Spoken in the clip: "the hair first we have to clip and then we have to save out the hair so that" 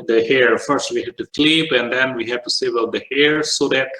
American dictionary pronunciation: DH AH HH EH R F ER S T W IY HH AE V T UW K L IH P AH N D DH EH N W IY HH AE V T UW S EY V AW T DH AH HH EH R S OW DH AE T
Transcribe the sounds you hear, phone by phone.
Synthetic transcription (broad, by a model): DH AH HH EH R F ER S T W IY HH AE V T UW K L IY P AH N D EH N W IY HH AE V T UW S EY B AW T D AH HH EH R S OW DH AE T